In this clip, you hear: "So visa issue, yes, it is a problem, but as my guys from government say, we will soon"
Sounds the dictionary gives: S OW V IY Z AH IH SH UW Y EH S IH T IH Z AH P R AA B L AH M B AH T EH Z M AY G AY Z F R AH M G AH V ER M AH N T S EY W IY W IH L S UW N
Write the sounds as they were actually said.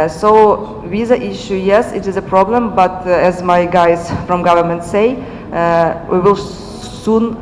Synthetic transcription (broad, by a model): S OW W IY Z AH IH SH UW Y EH S IH T IH Z AH P R AA B L AH M B AH T EH Z M AY G AY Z F R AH M G AH V ER M AH N T S EY W IY W IH L S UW N